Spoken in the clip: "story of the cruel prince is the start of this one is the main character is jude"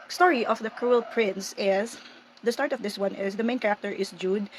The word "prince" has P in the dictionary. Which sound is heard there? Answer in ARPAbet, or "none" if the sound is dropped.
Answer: P